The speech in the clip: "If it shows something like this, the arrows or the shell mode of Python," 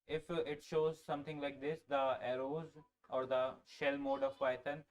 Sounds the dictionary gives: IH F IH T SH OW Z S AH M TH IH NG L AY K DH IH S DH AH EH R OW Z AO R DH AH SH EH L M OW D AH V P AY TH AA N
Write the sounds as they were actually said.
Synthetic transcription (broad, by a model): IH F IH T SH OW Z S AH M T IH NG L AY K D IH S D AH EH R OW Z AO R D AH SH EH L M OW D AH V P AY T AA N